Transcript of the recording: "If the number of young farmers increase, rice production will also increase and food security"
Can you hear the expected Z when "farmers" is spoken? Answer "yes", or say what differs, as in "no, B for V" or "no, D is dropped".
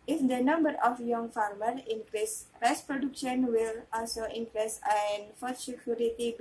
no, Z is dropped